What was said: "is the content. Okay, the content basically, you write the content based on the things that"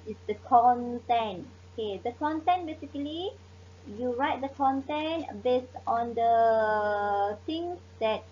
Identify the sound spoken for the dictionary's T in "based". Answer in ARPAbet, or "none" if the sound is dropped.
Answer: T